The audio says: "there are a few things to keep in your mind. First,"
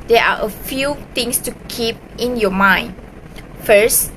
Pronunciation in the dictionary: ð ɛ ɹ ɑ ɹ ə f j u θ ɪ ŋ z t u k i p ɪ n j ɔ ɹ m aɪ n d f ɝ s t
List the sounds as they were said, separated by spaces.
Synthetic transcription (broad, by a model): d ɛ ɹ ɑ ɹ ə f j u t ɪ ŋ s t u k i p ɪ n j ɔ m aɪ n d f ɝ s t